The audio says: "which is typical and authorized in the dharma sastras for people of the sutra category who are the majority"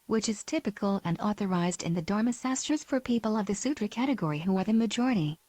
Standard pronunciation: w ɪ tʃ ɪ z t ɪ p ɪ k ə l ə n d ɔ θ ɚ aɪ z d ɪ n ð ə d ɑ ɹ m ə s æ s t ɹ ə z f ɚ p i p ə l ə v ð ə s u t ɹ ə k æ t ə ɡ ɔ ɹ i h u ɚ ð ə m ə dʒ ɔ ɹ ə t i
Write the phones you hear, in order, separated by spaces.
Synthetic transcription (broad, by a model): w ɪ tʃ ɪ z t ɪ p ɪ k ə l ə n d ɔ θ ɚ aɪ z d ɪ n ð ə d ɑ ɹ m ə s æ s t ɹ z f ɚ p i p ə l ə v ð ə s u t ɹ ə k æ t ə ɡ ɔ ɹ i h u ɚ ð ə m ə dʒ ɔ ɹ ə t i